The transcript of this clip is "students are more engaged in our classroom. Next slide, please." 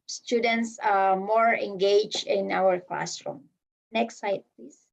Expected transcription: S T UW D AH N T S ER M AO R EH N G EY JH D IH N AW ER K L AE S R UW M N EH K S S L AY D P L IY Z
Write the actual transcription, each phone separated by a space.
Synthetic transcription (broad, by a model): S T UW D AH N T S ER M AO R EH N G EY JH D IH N AW ER K L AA S R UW M N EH K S S AY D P L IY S